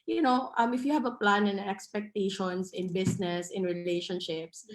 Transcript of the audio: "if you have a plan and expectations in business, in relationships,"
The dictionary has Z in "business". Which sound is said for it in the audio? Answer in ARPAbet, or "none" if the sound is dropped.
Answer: S